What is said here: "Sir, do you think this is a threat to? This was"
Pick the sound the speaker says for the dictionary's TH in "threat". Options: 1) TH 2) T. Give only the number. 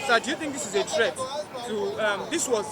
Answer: 2